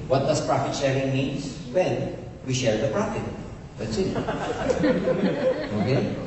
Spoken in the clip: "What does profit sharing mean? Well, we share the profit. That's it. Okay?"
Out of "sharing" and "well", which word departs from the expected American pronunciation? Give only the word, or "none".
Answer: well